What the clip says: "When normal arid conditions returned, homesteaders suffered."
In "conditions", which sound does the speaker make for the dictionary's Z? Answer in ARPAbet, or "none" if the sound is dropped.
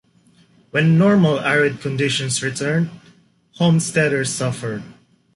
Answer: S